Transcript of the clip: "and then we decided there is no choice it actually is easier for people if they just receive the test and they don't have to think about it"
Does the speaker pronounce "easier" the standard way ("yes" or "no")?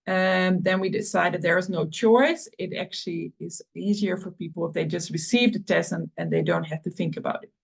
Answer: yes